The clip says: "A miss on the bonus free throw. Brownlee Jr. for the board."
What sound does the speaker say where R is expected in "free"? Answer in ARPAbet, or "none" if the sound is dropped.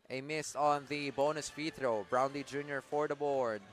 none